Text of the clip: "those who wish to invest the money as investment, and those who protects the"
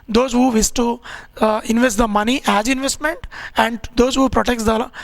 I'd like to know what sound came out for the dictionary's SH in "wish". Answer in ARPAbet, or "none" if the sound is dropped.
S